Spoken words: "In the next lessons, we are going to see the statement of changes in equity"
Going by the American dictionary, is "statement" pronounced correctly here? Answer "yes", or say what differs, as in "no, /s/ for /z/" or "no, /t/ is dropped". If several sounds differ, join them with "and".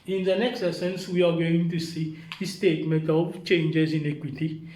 no, /n/ is dropped